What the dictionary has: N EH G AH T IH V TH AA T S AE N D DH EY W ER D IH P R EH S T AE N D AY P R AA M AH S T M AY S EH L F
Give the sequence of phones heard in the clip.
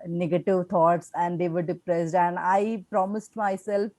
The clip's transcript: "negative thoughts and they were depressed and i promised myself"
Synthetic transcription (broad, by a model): N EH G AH T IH V T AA T S AE N D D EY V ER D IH P R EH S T AE N D AY P R AA M AH S T M AY S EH L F